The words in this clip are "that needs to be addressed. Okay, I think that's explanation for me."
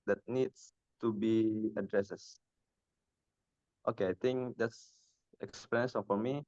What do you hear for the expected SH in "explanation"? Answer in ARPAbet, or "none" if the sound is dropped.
none